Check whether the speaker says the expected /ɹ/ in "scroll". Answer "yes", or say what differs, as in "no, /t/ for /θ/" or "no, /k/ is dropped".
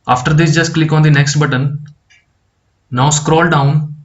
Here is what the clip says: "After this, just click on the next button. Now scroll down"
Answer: yes